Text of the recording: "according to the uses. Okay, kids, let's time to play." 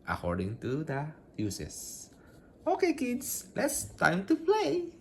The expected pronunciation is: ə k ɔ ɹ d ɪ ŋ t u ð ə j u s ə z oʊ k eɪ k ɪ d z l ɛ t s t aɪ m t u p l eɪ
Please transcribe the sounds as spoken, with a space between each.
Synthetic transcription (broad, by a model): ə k ɔ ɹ d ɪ ŋ t u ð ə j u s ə s oʊ k eɪ k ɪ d s l ɛ t s t aɪ m t u p l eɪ